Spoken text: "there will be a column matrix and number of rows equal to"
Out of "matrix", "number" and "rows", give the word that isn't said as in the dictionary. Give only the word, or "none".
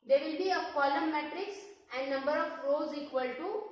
none